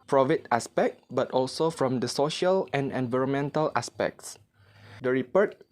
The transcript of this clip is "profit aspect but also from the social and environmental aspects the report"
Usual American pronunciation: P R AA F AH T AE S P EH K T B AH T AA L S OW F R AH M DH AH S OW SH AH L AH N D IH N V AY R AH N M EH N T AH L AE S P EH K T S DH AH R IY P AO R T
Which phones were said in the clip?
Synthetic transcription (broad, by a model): P R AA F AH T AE S P EH K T B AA T AA L S OW F R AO M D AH S OW SH AH L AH N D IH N V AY R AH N M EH N T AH L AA S P EH K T S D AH R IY P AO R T